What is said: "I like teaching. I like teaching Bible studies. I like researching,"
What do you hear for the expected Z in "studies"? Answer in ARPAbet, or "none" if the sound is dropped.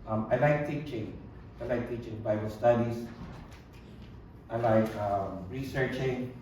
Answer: S